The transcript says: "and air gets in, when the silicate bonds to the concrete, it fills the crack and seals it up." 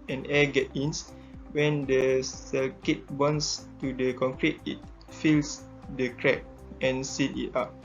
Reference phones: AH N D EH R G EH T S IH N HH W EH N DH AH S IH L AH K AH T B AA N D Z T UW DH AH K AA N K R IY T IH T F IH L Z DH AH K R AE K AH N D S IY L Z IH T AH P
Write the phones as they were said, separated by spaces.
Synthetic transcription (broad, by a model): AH N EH G EH T IH N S W EH N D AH S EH L K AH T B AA N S T UW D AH K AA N K R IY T IH T F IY L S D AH K R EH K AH N S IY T IH T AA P